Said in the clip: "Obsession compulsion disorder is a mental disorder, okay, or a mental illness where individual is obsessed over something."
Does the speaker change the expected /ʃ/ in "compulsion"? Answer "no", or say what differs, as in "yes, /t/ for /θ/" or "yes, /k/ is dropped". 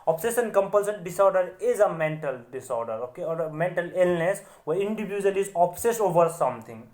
yes, /s/ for /ʃ/